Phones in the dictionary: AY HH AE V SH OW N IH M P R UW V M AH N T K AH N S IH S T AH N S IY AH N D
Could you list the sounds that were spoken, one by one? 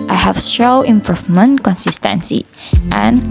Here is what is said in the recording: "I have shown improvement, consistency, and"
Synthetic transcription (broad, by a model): AY HH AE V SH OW IH M P R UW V M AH N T K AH N S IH S T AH N S IY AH N